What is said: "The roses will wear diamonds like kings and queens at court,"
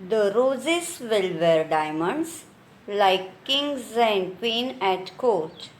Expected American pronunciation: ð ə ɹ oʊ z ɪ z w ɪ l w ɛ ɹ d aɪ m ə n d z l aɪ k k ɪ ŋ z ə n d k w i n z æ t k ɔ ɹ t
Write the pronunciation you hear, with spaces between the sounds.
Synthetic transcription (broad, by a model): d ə ɹ oʊ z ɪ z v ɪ l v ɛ ɹ d aɪ m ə n d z l aɪ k k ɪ ŋ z ə n d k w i n æ t k ɔ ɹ t